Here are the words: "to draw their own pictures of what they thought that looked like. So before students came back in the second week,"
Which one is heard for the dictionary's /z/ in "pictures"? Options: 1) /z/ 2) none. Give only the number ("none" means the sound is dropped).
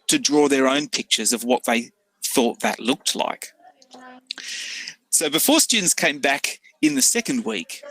1